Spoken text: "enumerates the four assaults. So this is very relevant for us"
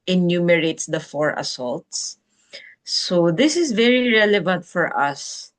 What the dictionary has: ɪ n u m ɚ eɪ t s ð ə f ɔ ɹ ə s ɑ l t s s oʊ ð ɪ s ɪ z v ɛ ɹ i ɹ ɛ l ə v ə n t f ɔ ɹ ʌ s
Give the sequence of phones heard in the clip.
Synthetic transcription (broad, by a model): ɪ n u m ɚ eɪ t s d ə f ɔ ɹ ə s ɑ l t s s oʊ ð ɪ s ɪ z v ɛ ɹ i ɹ ɛ l ə v ə n t f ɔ ɹ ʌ s